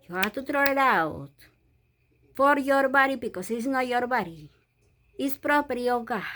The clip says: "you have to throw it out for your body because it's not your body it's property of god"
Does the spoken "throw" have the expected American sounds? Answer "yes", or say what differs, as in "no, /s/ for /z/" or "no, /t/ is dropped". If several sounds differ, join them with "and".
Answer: no, /t/ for /θ/